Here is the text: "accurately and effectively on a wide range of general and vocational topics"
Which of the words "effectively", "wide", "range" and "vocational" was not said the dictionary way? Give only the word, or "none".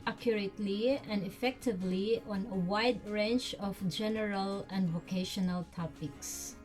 range